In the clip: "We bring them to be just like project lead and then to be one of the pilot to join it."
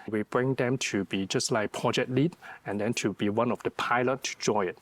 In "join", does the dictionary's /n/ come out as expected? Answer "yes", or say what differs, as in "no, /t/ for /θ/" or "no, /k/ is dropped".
no, /n/ is dropped